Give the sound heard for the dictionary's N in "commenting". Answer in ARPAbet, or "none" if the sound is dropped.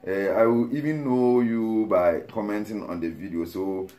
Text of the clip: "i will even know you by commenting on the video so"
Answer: N